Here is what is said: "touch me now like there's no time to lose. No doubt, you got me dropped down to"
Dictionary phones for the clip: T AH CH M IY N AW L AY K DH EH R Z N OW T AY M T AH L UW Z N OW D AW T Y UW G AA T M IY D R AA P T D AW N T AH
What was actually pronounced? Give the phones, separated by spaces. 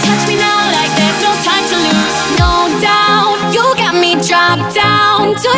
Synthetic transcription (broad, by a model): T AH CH M IY N AW L AY K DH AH R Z N OW T AY M T AH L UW N OW D AW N Y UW G AA T M IY D R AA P D AW N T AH